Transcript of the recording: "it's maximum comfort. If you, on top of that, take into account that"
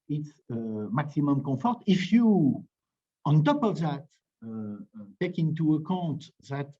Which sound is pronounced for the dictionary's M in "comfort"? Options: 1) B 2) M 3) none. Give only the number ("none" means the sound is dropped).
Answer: 3